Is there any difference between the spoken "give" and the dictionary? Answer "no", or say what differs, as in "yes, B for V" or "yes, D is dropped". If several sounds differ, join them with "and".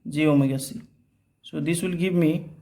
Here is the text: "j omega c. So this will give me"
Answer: yes, B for V